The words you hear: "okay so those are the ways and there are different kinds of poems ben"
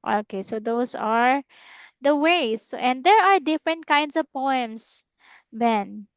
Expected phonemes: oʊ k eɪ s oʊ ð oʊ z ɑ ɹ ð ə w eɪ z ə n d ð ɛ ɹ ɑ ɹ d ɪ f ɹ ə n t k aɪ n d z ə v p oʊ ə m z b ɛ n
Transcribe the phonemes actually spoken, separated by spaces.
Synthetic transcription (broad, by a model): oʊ k eɪ s oʊ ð oʊ s ɑ ɹ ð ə w eɪ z ə n d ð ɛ ɹ ɑ ɹ d ɪ f ɹ ə n t k aɪ n d s ə v p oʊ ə m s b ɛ n